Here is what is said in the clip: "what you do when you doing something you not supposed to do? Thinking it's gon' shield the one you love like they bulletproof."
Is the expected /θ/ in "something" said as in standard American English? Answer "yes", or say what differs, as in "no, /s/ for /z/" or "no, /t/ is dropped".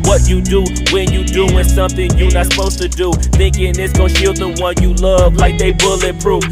yes